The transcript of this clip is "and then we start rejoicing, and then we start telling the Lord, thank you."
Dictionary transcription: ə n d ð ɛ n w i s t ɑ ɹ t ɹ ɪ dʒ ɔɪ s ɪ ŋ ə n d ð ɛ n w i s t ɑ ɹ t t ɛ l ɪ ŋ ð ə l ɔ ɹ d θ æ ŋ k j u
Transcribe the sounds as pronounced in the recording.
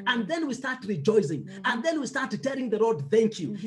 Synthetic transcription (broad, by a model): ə n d ð ɛ n w i s t ɑ ɹ t ɹ ɪ dʒ ɔɪ s ɪ ŋ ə n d ð ɛ n w i s t ɑ ɹ t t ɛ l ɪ ŋ ð ə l ɔ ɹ d θ æ ŋ k j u